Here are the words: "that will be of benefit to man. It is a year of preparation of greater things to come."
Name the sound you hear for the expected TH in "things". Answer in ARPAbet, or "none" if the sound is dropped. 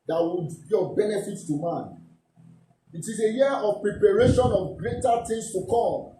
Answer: T